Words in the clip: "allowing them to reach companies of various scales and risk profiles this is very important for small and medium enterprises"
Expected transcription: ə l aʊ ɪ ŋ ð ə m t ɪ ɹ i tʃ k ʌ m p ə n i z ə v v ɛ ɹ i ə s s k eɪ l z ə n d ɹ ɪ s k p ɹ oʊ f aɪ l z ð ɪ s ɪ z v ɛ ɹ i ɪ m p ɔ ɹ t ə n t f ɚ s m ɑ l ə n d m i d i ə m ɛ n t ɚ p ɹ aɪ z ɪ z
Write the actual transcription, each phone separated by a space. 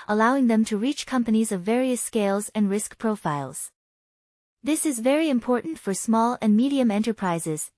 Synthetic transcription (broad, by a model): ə l aʊ ɪ ŋ ð ə m t ɪ ɹ i tʃ k ʌ m p ə n i z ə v v ɛ ɹ i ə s s k eɪ l z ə n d ɹ ɪ s k p ɹ oʊ f aɪ l z ð ɪ s ɪ z v ɛ ɹ i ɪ m p ɔ ɹ t n t f ɚ s m ɑ l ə n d m i d i ə m ɛ n t ɚ p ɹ aɪ z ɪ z